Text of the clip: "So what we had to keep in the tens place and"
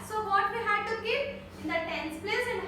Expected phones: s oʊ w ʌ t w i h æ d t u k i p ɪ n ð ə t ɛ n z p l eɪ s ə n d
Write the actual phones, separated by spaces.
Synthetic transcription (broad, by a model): s oʊ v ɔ t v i h æ d t u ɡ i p ɪ n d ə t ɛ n s p l eɪ s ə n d